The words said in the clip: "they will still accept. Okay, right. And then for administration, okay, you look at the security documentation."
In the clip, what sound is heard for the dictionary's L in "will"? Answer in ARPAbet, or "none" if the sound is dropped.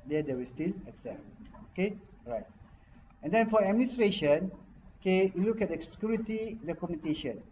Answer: W